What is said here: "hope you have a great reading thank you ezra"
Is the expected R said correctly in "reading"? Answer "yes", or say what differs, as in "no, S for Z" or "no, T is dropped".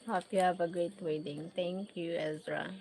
no, W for R